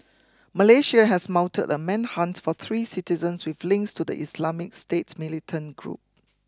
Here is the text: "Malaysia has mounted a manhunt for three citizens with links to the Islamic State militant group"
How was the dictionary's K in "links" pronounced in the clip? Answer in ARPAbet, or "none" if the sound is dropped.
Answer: K